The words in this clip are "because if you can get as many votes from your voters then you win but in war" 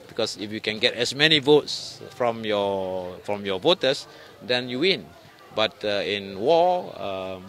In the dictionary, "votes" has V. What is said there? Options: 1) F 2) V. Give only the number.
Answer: 2